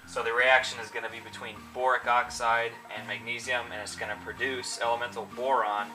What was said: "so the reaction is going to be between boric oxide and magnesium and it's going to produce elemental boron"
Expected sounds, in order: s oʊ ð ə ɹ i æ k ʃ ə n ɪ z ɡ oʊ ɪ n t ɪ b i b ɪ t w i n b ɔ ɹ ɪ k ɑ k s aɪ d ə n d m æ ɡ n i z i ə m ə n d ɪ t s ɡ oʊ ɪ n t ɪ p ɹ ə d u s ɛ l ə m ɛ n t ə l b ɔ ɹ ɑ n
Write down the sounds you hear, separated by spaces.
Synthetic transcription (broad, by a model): s oʊ ð ə ɹ i æ k ʃ ə n ɪ z ɡ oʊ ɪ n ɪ b i b ɪ t w i n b ɔ ɹ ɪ k ɑ k s aɪ d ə n m æ ɡ n i z i ə m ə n ɪ t s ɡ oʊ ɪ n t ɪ p ɹ ə d u s ɛ l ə m ɛ n t l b ɔ ɹ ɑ n